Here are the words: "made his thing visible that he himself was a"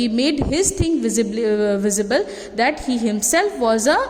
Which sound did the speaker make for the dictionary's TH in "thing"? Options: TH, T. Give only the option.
T